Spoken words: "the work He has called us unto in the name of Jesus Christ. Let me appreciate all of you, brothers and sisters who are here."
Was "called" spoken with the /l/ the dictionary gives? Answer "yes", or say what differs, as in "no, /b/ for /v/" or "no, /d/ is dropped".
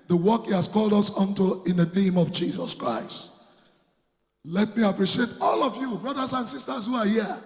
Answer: yes